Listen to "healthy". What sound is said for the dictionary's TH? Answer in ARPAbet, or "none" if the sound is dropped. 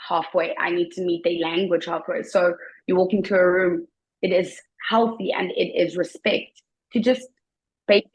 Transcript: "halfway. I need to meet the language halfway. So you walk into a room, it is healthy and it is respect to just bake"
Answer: TH